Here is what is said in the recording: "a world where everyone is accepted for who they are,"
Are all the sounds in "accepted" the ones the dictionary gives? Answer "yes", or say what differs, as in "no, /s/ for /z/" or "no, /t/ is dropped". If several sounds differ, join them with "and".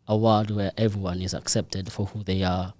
yes